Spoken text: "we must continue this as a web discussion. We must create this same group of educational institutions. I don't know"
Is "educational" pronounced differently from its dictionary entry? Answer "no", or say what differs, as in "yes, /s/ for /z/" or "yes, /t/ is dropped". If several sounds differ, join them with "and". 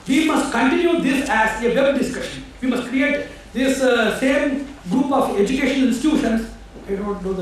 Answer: yes, /n/ is dropped and /n/ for /l/